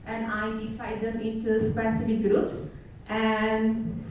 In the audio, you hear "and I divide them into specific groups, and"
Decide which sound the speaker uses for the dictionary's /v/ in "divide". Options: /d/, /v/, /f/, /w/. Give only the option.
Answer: /f/